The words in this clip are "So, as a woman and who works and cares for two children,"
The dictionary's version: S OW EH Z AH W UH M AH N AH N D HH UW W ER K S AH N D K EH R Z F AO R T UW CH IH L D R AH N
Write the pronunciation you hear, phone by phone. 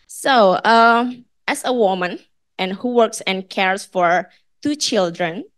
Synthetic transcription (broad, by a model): S OW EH S AH W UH M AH N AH N HH UW W ER K S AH N K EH R S F AO R T UW CH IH L D R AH N